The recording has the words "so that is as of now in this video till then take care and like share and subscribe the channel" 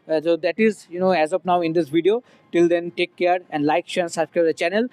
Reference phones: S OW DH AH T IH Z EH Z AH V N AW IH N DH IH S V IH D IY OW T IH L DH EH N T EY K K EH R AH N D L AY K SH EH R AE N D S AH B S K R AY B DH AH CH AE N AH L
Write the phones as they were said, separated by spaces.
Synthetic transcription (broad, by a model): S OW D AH T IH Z EH Z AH P N AW IH N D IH S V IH D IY OW T IH L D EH N T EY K K EH R AH N D L AY K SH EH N S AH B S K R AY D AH CH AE N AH L